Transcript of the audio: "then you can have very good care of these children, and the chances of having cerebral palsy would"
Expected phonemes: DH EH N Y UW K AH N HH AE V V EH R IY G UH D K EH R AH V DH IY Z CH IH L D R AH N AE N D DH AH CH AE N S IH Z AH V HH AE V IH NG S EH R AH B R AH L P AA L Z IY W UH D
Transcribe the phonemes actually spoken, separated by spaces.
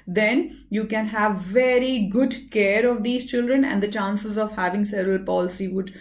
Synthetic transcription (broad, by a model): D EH N Y UW K AH N HH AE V V EH R IY G UH D K EH R AH V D IY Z CH IH L D R AH N AE N D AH CH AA N S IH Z AH V HH AE V IH NG S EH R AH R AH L P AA L S IY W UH D